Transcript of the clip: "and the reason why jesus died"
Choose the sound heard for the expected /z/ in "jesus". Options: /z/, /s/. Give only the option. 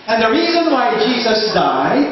/z/